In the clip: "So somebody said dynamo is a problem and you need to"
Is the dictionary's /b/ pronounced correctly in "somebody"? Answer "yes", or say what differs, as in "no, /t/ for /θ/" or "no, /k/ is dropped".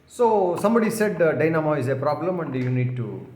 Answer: yes